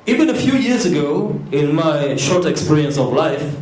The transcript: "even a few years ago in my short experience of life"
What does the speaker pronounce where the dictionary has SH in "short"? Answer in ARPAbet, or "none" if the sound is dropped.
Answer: SH